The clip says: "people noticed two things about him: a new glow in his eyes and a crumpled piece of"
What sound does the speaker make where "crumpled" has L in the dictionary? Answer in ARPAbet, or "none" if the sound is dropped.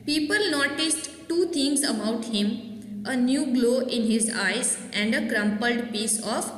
L